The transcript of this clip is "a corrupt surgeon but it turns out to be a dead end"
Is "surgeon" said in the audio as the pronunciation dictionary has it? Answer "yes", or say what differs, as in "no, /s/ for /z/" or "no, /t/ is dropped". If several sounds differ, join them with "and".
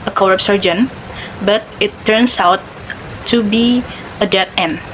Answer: yes